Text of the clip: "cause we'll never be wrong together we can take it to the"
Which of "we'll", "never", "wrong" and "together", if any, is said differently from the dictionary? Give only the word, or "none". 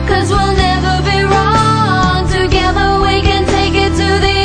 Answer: none